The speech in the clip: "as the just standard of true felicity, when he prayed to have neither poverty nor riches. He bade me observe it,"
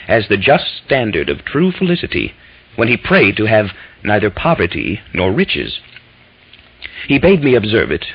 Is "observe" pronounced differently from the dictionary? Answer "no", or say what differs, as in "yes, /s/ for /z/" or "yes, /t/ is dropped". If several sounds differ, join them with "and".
no